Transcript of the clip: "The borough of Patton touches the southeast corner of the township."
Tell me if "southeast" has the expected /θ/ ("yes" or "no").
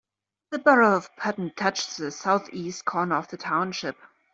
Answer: yes